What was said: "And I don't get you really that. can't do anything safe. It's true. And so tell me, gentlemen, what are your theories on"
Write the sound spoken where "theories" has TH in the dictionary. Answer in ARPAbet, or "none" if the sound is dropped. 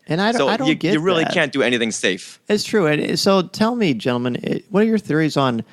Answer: TH